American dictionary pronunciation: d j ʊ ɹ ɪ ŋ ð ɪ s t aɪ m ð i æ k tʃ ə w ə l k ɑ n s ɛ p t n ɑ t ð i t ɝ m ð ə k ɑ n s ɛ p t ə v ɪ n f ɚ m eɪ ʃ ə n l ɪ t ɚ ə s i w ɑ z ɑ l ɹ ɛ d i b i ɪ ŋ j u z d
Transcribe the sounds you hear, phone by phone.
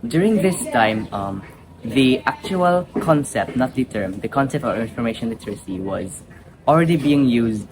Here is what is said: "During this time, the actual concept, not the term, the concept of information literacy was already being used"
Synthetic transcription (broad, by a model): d j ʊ ɹ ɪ ŋ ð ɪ s t aɪ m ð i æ k tʃ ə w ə l k ɑ n s ɛ p t n ɑ t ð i t ɝ m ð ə k ɑ n s ɛ p t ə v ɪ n f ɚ m eɪ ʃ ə n l ɪ t ɚ ə s i w ɑ z ɑ l ɹ ɛ d i b i ɪ ŋ j u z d